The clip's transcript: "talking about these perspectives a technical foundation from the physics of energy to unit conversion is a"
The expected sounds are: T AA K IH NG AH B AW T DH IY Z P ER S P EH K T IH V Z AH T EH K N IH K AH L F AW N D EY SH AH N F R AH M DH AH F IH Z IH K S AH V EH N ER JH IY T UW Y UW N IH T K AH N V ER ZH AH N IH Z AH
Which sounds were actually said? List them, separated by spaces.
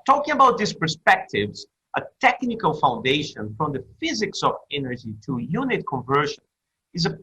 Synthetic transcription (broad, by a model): T AA K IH NG AH B AW T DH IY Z P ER S P EH K T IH V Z AH T EH K N IH K AH L F AW N D EY SH AH N F R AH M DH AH F IH Z IH K S AH V EH N ER JH IY T UW Y UW N IH T K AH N V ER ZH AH N IH Z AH